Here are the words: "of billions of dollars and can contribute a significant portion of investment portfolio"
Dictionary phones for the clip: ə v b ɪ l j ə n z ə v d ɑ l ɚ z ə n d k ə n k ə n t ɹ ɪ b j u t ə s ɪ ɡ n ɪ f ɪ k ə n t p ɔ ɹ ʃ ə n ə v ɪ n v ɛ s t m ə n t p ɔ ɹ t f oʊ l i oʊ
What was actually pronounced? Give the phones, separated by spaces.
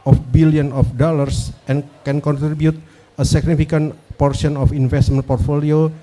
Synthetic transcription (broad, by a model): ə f b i l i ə n ə f d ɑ l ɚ s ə n k ə n k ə n t ɹ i b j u t ə s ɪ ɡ n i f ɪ k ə n p ɔ ɹ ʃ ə n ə f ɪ n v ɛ s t m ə n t p ɔ ɹ t f oʊ l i oʊ